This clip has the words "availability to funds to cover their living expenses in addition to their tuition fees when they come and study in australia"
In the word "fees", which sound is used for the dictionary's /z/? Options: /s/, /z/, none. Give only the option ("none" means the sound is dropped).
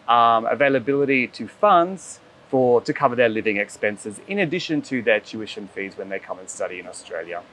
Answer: /z/